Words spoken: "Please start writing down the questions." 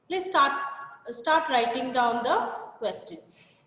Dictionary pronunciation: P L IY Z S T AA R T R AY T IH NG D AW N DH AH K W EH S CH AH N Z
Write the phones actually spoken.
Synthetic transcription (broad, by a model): P L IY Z S T AA R T R AY T IH NG D AW N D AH K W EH S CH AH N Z